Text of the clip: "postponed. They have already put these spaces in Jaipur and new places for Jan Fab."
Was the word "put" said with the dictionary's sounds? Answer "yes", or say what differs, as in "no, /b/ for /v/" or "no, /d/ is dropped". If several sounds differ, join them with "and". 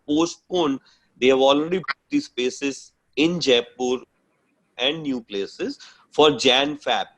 no, /b/ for /p/